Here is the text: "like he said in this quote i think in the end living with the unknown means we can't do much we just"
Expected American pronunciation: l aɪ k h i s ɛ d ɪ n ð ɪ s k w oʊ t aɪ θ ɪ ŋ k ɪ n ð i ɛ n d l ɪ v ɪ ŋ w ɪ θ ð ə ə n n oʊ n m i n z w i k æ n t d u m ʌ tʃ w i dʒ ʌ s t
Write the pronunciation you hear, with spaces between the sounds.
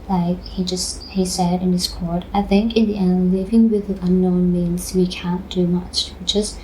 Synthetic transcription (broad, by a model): l aɪ k h i s ɛ d ɪ n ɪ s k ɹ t aɪ θ ɪ ŋ k ɪ n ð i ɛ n l ɪ v ɪ ŋ w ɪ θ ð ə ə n n oʊ n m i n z w i k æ n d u m ʌ tʃ w i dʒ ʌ s t